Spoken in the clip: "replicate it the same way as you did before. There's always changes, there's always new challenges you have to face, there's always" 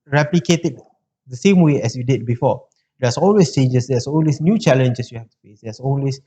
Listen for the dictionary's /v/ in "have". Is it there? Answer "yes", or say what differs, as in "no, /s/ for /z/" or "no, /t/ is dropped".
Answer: no, /f/ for /v/